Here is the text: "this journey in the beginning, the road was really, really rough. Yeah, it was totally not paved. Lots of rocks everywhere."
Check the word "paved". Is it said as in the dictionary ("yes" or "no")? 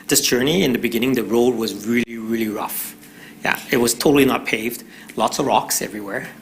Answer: yes